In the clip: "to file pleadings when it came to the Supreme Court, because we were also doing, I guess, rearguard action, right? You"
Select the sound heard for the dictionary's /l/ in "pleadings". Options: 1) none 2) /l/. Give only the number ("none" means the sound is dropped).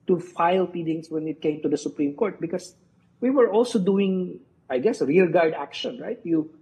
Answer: 1